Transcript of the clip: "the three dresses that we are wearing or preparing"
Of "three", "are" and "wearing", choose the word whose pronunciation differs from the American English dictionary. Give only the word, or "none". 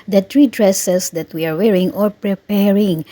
three